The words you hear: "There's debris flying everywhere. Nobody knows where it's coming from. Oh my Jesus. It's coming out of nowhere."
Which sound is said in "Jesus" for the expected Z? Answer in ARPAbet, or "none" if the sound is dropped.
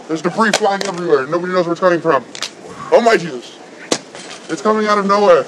Z